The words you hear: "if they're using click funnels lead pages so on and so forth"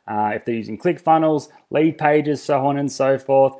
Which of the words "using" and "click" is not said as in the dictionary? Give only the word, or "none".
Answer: none